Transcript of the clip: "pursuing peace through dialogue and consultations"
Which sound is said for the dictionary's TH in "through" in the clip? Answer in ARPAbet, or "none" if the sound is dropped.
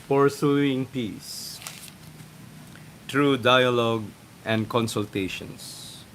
T